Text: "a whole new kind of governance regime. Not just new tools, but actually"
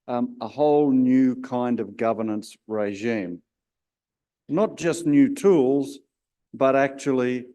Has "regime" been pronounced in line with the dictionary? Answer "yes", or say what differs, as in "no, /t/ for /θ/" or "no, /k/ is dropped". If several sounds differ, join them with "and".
yes